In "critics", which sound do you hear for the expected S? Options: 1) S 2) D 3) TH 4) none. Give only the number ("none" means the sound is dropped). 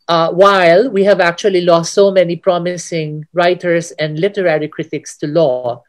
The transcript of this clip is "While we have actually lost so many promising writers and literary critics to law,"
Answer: 1